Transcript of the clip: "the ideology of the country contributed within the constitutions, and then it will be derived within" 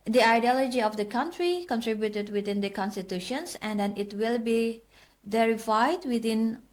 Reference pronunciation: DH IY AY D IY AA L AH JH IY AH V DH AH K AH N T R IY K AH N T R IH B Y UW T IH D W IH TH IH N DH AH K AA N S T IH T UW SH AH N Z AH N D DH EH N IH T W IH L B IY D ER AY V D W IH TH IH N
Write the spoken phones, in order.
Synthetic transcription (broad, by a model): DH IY AY D IY AA L AH JH IY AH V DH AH K AH N T R IY K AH N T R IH B Y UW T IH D W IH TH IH N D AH K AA N S T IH T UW SH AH N S AH N D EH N IH T W IH L B IY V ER AY D W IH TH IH N